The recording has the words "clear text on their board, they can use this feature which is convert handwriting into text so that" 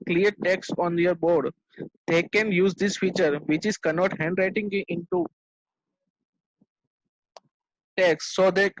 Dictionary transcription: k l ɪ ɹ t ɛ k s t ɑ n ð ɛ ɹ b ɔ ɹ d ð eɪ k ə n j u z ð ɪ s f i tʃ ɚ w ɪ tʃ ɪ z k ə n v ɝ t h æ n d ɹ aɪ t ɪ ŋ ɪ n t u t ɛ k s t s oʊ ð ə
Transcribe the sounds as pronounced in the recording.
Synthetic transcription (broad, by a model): k l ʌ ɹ t ɛ k s t ɑ n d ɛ ɹ b ɔ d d eɪ k ə n j u z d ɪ s f i tʃ ɚ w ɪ tʃ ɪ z k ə n ɔ t h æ n d ɹ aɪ t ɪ ŋ ɪ n t u t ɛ k s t s oʊ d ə